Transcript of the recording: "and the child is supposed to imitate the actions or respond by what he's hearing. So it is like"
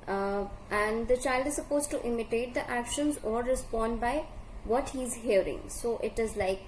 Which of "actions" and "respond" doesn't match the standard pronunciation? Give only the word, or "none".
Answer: none